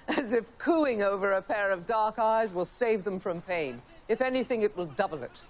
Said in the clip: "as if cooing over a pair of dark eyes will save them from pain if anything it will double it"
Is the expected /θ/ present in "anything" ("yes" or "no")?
yes